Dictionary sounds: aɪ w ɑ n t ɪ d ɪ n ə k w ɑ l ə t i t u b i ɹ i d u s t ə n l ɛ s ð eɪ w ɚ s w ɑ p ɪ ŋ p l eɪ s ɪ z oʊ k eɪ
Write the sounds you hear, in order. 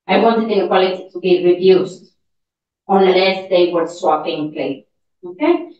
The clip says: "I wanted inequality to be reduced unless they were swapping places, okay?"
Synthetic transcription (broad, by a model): aɪ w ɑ n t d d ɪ ə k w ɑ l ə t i t u b i ɹ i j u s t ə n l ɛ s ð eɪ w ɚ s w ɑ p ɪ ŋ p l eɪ ɪ oʊ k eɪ